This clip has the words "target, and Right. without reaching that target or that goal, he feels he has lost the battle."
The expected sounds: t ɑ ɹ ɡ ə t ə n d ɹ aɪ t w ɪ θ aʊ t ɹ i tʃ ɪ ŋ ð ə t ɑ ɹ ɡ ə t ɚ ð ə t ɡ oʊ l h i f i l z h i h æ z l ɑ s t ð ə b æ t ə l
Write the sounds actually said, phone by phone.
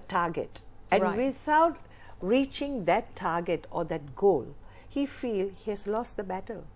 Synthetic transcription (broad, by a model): t ɑ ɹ ɡ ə t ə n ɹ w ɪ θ aʊ t ɹ i tʃ ɪ ŋ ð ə t ɑ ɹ ɡ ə t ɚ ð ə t ɡ oʊ l h i f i l h i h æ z l ɑ s t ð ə b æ t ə l